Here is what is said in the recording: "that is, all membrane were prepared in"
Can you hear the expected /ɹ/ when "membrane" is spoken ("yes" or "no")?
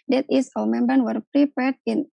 no